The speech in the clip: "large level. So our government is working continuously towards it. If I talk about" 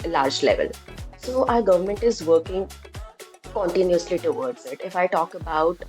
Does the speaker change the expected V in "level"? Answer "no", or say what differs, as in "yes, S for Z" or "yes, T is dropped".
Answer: no